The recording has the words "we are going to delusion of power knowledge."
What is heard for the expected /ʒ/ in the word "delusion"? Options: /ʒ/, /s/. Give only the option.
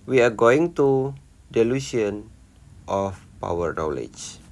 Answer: /s/